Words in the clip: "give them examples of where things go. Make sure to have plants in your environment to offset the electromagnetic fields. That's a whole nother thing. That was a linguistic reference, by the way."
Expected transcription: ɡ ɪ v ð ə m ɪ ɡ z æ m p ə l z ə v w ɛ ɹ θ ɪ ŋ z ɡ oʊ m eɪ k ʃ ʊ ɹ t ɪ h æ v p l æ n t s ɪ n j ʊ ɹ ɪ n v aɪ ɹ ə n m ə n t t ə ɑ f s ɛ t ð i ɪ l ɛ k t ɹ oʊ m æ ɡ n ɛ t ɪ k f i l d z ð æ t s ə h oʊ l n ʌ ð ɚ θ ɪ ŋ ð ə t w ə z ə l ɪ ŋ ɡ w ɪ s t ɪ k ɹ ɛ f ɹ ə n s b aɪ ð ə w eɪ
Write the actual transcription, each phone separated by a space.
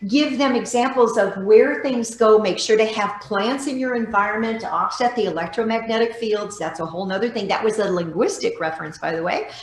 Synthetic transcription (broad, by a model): ɡ ɪ v ð ə m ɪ ɡ z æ m p l z ə v w ɛ ɹ θ ɪ ŋ z ɡ oʊ m eɪ k ʃ ʊ ɹ t ɪ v p l æ n t s ɪ n j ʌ ɹ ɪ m v aɪ ɹ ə n m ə n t t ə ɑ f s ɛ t ð i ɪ l ɛ k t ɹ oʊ m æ ɡ n ɛ t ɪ k f i l d z ð æ t s ə h oʊ l n ʌ ð ɚ θ ɪ ŋ ð ə t w ə z ə l ɪ ŋ ɡ w ɪ s t ɪ k ɹ ɛ f ɹ ə n s b aɪ ð ə w eɪ